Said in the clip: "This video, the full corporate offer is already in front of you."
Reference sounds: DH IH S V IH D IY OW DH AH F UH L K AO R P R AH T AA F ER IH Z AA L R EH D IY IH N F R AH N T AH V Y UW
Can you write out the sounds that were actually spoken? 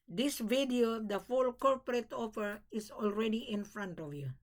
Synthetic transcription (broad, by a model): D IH S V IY D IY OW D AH F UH L K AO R P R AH T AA P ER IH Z AA L R EH D IY IH N F R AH N T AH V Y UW